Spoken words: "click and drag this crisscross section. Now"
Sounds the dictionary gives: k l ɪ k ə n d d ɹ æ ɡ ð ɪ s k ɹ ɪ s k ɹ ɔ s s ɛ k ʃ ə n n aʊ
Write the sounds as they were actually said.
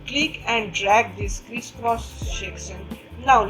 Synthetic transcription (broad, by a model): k l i k ə n d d ɹ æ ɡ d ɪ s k ɹ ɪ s k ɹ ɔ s ʃ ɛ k s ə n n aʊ